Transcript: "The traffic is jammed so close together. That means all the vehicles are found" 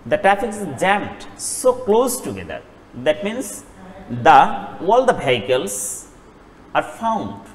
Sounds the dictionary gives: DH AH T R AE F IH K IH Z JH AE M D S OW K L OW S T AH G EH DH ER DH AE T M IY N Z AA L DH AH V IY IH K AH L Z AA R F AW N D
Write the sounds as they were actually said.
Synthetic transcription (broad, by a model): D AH T R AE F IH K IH JH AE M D S OW K L OW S T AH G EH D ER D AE T M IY N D AA L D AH B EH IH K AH L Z AA R F AW N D